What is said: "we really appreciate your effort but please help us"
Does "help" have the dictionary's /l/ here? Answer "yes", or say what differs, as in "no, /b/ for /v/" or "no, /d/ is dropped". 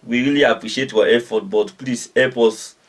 no, /l/ is dropped